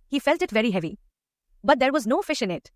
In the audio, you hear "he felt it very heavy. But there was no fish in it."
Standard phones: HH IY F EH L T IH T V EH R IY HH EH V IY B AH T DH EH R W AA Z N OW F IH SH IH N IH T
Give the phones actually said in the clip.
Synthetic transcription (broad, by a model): HH IY F EH L T IH T V EH R IY HH EH V IY B AH T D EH R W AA Z N OW F IH SH IH N IH T